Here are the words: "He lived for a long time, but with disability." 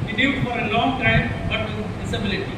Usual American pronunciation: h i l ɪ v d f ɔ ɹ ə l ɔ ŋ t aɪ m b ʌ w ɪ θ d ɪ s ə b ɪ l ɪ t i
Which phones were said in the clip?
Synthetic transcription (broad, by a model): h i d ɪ d f ɔ ɹ ə l ɔ ŋ t aɪ m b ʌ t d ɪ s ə b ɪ l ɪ t i